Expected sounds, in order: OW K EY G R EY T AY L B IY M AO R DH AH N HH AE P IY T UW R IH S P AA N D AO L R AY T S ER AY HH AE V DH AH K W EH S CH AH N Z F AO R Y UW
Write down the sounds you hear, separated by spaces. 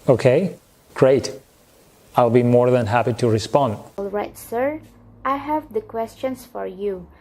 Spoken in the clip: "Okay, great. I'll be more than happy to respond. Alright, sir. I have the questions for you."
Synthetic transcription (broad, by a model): OW K EY G R EY T AY L B IY M AO R DH AH N HH AE P IY T UW R IH S P AA N D AO L R AY T S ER AY HH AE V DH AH K W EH S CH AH N S F AO R Y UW